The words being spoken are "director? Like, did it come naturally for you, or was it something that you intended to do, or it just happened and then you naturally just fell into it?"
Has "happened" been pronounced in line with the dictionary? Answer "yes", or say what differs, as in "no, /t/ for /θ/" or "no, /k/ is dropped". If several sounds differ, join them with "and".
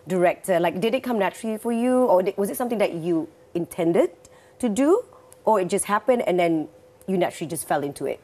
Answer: yes